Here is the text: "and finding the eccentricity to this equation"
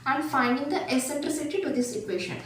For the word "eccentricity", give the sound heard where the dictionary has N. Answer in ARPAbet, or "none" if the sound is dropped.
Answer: none